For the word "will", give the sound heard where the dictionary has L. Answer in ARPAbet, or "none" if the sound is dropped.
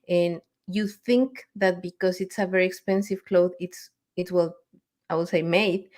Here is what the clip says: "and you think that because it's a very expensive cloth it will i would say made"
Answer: W